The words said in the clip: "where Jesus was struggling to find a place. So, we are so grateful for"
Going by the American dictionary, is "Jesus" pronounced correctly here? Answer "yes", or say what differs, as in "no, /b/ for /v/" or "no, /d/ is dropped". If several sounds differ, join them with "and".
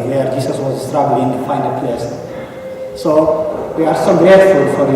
no, /s/ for /z/